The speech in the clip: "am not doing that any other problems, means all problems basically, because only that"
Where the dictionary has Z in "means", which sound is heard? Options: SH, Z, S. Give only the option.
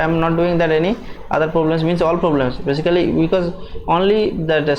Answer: S